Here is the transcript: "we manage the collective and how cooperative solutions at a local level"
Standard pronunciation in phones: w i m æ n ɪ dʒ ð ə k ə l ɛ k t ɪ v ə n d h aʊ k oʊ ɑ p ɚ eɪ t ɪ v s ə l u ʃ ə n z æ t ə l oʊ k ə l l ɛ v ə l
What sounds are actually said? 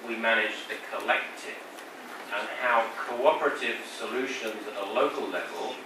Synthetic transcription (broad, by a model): w i m æ n ɪ dʒ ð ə k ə l ɛ k t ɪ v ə n h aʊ k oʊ ɑ p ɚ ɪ t ɪ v s ə l u ʃ ə n z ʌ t ə l oʊ k ə l l ɛ v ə l